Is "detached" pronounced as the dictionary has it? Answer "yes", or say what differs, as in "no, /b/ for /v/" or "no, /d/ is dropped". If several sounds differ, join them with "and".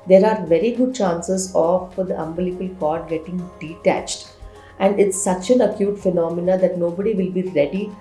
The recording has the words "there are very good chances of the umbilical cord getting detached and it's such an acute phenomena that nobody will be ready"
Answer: yes